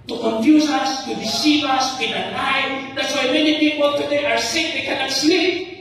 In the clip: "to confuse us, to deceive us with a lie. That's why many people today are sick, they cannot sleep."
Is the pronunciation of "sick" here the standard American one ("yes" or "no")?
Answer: yes